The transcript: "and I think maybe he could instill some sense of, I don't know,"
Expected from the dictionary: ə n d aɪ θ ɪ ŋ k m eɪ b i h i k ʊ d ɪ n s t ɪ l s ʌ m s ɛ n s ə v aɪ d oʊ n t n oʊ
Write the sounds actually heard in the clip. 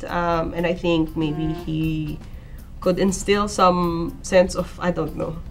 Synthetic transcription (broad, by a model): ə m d aɪ θ ɪ ŋ k m eɪ b i h i k ʊ d ɪ n s t ɪ l s ʌ m s ɛ n s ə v aɪ d oʊ n t n oʊ